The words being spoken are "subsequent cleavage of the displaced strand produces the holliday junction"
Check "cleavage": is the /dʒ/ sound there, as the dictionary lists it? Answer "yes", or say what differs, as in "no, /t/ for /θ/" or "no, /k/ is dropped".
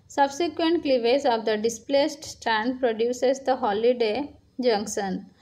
no, /z/ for /dʒ/